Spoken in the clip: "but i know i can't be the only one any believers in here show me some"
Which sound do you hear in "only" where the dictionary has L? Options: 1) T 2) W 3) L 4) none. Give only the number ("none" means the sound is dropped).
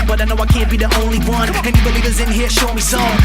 3